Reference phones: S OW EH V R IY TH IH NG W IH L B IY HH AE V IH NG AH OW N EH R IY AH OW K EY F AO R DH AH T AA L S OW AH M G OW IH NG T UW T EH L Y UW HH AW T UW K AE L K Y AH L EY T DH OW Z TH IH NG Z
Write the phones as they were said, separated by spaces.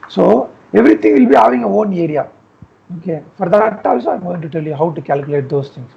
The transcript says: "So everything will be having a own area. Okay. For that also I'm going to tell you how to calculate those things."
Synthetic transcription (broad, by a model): S OW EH V R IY T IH NG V IH L B IY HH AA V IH NG AH OW N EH R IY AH OW K EY F AO R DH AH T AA S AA AH M G OW IH NG T UW T EH L Y UW HH AW T UW K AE L K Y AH L EY T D OW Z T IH NG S